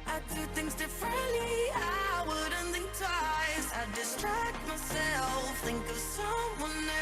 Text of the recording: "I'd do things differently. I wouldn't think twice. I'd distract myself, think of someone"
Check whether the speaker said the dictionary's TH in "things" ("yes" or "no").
yes